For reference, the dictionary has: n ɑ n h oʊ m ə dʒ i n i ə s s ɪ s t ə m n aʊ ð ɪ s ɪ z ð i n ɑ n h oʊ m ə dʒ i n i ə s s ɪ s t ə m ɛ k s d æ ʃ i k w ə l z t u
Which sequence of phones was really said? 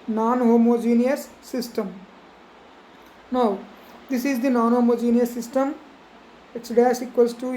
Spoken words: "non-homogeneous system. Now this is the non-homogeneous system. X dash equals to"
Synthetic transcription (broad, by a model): n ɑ n h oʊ m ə dʒ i n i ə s s ɪ s t ə m n aʊ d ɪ s ɪ z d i n ɑ n h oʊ m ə dʒ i n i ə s s ɪ s t ə m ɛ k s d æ s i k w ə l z t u